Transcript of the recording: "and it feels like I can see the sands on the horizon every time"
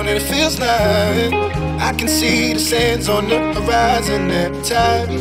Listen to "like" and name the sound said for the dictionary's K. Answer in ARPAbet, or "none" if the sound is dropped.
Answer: none